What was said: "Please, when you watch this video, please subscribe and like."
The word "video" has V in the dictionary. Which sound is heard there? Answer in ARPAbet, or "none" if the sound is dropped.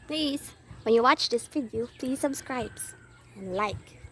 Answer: F